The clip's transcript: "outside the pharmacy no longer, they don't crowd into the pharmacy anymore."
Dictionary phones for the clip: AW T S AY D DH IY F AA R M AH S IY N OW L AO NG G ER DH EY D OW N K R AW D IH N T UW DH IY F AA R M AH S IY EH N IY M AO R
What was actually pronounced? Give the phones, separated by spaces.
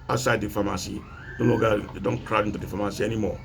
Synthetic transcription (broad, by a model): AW S AY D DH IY F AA M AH S IY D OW N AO G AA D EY D OW N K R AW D IH N T UW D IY F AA M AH S IY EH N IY M AO